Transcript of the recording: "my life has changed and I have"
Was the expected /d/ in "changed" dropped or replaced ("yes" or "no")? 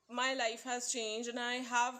yes